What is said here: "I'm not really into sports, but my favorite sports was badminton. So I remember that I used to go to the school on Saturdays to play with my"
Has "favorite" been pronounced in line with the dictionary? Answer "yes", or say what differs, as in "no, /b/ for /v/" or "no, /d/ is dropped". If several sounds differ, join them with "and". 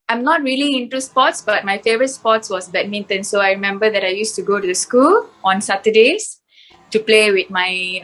yes